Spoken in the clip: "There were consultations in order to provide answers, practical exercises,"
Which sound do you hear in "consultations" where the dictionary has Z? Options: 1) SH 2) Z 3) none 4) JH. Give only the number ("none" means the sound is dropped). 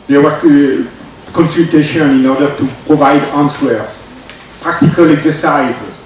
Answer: 3